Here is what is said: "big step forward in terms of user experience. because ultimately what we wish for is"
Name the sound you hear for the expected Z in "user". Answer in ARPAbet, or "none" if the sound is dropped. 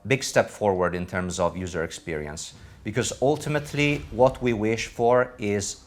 Z